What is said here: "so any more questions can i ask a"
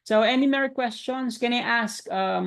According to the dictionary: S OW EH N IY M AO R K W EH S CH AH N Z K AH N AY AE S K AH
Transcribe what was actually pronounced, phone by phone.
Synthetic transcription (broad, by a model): S OW EH N IY M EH R K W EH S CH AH N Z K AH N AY AE S K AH